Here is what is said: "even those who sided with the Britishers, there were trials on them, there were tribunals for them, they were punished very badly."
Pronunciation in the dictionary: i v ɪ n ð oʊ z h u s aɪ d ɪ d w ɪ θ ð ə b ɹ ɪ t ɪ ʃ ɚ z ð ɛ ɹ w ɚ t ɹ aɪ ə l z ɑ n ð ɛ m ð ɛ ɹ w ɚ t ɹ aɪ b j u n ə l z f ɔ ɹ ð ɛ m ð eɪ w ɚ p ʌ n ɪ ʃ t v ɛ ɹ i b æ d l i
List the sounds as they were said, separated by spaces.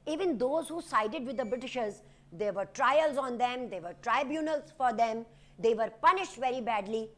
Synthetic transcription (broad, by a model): i v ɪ n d oʊ z h u s aɪ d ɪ d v ɪ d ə b ɹ ɪ t ɪ ʃ ɚ z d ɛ ɹ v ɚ t ɹ aɪ ə l z ɑ n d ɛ m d ɛ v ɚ t ɹ aɪ b j u n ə l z f ɔ ɹ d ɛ m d eɪ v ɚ p ʌ n ɪ ʃ t v ɛ ɹ i b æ d l i